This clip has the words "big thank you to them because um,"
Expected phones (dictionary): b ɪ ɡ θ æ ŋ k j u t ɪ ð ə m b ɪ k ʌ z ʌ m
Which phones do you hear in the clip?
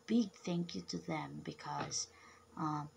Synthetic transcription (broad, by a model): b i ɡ θ æ ŋ k j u t ɪ ð ə m b ɪ k ʌ z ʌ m